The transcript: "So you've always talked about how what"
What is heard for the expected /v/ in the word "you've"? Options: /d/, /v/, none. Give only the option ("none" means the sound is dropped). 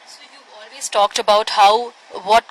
none